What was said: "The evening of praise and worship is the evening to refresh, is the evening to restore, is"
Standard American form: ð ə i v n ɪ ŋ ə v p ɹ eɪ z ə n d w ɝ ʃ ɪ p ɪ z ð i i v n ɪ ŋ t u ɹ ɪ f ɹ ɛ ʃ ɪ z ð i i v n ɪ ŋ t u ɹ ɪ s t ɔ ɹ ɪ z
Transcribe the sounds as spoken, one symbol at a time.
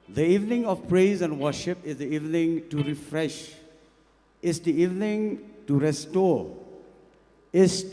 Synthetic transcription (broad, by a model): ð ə i v n ɪ ŋ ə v p ɹ eɪ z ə n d w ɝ ʃ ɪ p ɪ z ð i i v n ɪ ŋ t u ɹ ɪ f ɹ ɛ ʃ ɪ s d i i v n ɪ ŋ t u ɹ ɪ s t ɔ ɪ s